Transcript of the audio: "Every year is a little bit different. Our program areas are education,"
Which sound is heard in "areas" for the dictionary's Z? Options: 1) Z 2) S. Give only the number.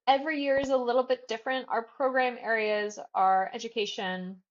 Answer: 1